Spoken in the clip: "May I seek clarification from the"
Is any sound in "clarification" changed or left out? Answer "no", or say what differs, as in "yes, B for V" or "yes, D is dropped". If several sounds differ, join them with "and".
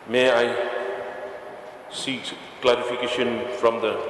yes, P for F